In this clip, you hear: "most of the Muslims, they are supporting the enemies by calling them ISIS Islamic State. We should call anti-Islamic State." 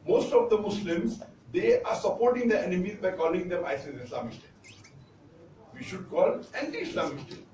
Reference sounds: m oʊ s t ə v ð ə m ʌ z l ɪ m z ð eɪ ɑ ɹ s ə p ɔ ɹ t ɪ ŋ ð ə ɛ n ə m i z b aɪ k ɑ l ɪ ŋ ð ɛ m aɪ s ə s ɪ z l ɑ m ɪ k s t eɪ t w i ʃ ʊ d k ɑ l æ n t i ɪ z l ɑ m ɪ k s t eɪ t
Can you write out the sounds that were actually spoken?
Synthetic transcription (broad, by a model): m oʊ s t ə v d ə m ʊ s l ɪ m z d eɪ ɑ ɹ s ə p ɔ ɹ t ɪ ŋ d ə ɛ n ə m i z b aɪ k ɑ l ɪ ŋ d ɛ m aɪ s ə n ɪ s l ɑ m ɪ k s t eɪ t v i ʃ ʊ d k ɑ l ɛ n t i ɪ s l ɑ m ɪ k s t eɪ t